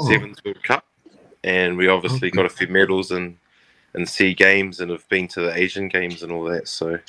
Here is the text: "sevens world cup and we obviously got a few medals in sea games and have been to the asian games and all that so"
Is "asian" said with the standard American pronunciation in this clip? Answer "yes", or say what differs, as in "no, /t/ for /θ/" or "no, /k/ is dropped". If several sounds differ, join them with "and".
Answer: yes